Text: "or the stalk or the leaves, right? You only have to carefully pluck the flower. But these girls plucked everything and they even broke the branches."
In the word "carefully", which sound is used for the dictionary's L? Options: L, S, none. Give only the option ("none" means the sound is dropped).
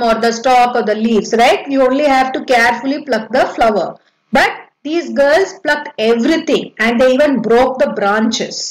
L